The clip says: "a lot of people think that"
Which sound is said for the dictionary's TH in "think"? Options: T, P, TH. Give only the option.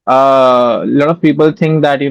T